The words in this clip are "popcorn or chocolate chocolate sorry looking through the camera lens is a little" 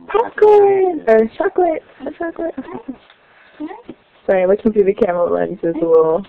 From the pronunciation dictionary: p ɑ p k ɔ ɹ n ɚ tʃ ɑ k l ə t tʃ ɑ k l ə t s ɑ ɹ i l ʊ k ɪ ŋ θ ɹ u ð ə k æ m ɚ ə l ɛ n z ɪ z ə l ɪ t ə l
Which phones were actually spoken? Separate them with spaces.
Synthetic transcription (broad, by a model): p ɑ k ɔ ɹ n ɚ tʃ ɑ k l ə t tʃ ɑ k l ə t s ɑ w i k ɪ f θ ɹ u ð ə k æ m ɚ ə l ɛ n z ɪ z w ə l